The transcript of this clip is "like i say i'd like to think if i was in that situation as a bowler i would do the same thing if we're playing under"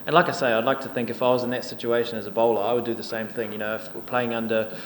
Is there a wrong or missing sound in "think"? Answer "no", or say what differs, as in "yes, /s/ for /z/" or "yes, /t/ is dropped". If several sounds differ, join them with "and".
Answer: no